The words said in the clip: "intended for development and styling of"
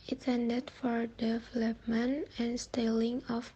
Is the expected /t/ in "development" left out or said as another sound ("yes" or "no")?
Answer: yes